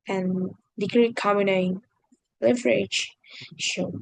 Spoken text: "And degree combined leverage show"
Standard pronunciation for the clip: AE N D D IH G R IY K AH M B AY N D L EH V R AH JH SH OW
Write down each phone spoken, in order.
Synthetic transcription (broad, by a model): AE N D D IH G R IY K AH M IY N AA L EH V R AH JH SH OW